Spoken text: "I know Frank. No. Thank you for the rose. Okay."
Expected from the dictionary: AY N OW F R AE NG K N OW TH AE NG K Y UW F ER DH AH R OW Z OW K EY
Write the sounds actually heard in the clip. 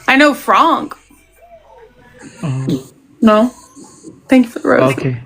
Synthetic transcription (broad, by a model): AY N OW F R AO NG N OW TH AE NG K Y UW F ER DH AH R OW OW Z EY